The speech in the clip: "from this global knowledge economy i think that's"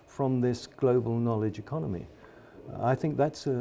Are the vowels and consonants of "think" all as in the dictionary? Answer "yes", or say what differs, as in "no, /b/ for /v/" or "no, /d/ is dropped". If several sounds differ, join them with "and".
yes